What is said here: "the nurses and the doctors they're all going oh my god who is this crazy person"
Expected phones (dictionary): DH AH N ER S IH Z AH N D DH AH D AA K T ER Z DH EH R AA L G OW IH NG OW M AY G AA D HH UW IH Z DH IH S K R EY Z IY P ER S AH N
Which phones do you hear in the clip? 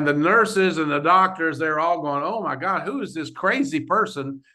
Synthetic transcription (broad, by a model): DH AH N ER S IH Z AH N DH AH D AA K T ER Z DH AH R AA L G OW IH NG OW M AY G AA D HH UW IH Z DH IH S K R EY Z IY P ER S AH N